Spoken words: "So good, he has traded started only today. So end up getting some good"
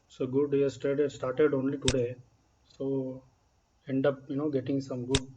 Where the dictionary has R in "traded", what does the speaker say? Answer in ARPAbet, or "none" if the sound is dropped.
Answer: none